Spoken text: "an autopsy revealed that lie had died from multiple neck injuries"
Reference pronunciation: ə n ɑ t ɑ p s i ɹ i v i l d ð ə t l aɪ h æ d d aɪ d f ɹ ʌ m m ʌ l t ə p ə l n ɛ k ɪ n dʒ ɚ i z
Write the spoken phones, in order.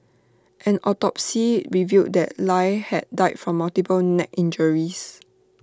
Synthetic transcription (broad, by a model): ə n ɑ t ɑ p s i ɹ i v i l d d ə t l aɪ h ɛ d d aɪ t f ɹ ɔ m m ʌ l t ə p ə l n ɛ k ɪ n dʒ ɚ i s